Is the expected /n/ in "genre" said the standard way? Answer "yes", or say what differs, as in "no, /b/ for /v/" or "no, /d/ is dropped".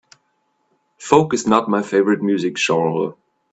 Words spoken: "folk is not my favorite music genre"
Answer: no, /n/ is dropped